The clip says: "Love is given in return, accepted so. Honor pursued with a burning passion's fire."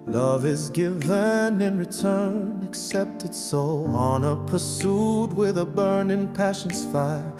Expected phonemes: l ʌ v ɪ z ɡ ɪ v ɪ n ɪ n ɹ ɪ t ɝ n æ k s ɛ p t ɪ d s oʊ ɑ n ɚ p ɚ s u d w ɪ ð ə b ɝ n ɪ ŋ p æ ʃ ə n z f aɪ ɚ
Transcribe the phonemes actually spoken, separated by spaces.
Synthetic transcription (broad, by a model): l ʌ v ɪ z ɡ ɪ v ɪ n ɪ n ɹ ɪ t ɝ n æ k s ɛ p t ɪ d s oʊ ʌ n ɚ p ɚ s u d w ɪ ð ə b ɝ n ɪ ŋ p æ ʃ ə n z f aɪ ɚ